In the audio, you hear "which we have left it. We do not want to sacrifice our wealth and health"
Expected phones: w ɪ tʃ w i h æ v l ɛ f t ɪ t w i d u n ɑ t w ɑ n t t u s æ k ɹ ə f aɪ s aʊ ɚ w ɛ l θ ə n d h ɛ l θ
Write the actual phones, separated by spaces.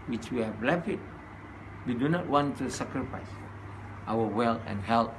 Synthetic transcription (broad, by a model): w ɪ tʃ w i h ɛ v l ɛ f ɪ t w i d u n ɑ t w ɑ n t t u s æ k ɹ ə f aɪ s aʊ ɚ w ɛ l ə n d h ɛ l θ